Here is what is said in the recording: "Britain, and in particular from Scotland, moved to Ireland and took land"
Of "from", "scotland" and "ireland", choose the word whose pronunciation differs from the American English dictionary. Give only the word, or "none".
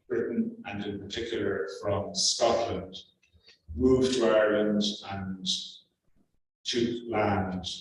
none